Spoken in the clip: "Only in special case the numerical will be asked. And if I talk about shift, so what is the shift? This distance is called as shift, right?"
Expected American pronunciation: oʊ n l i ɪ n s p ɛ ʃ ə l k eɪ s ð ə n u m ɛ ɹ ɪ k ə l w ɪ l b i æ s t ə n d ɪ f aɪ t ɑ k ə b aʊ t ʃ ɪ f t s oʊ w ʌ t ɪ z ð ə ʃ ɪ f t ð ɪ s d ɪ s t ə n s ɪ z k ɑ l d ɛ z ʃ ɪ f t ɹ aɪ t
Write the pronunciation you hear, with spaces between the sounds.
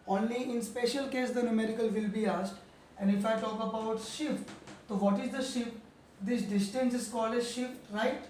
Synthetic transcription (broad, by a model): oʊ n l i ɪ n s p ɛ ʃ ə l k eɪ s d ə n u m ɛ ɹ ɪ k ə l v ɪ l b i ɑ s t ə n d ɪ f aɪ t ɑ k ə b aʊ t ʃ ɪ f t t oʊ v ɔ t ɪ z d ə ʃ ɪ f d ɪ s d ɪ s t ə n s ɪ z k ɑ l ɛ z ʃ ɪ f t ɹ aɪ t